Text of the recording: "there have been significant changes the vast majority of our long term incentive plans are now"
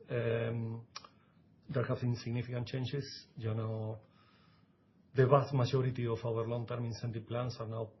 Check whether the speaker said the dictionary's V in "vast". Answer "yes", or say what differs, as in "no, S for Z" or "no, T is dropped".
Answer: no, B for V